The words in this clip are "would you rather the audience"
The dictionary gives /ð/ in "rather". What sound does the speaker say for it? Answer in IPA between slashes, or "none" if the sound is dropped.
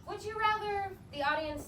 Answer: /ð/